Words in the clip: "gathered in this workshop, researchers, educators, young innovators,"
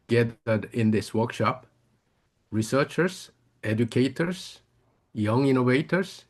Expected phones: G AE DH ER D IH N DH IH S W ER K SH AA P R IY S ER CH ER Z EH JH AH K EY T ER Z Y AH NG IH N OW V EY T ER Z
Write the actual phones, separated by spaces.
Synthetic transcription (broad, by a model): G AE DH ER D IH N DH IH S W ER K SH AA P R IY S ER CH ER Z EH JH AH K EY T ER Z Y AH NG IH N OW V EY T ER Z